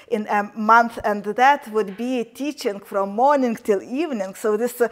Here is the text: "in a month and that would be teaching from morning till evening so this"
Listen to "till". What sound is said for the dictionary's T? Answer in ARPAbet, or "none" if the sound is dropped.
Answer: T